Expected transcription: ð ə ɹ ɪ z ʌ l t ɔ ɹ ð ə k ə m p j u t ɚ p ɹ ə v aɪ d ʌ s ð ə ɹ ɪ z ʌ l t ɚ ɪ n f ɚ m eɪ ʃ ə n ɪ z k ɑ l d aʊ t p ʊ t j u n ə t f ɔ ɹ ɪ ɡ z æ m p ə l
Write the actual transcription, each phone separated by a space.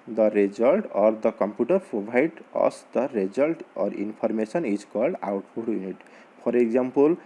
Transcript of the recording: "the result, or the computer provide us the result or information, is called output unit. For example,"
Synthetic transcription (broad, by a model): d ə ɹ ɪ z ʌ l t ɔ ɹ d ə k ə m p j u t ɚ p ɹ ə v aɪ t ʌ s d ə ɹ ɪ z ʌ l t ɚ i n p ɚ m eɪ s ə n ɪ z k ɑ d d aʊ t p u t j u n ə t p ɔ ɹ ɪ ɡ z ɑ m p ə l